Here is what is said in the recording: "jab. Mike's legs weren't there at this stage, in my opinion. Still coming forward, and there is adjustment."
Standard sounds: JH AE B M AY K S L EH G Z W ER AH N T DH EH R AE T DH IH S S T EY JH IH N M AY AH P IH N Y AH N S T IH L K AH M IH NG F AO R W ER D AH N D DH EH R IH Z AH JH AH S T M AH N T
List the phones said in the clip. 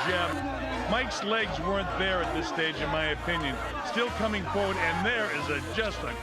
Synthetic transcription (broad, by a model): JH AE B M AY K S L EH G Z W ER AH N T DH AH R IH T DH IH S S T EY JH IH N M AY AH P IH N Y AH N S T IH L K AH M IH NG F AO R W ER D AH N DH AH R IH Z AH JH AH S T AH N